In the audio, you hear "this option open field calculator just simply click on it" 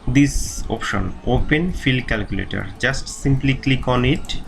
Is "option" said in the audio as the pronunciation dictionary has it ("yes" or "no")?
yes